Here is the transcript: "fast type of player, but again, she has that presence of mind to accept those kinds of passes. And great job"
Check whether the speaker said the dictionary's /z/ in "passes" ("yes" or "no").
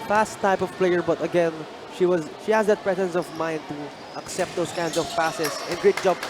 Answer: no